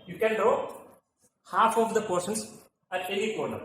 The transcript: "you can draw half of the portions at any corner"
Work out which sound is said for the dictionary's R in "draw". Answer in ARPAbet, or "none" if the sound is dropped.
none